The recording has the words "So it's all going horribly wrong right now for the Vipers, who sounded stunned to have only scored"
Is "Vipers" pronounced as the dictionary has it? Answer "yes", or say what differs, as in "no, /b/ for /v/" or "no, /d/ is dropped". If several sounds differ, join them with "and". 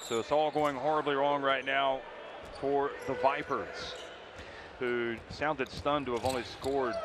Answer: yes